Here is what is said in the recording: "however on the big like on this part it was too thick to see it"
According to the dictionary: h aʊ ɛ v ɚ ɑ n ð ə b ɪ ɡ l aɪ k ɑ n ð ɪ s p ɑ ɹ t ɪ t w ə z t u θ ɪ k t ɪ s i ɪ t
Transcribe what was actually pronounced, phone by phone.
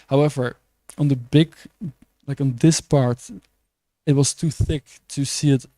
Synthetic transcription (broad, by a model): h aʊ ɛ v ɚ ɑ n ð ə b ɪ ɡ l aɪ k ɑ n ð ɪ s p ɑ ɹ t ɪ t w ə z t u θ ɪ k t ɪ s i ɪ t